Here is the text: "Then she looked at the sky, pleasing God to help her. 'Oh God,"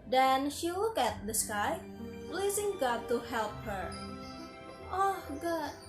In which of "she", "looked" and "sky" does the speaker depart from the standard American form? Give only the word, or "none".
looked